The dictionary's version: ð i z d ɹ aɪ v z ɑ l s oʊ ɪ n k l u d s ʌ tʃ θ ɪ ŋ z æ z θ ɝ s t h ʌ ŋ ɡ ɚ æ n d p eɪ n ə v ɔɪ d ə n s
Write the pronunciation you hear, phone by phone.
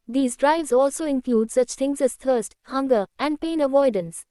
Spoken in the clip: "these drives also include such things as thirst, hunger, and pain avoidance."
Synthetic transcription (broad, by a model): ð i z d ɹ aɪ v z ɑ l s oʊ ɪ n k l u d s ʌ tʃ t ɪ ŋ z æ z t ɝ s t h ʌ ŋ ɡ ɚ æ n d p eɪ n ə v ɔɪ d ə n s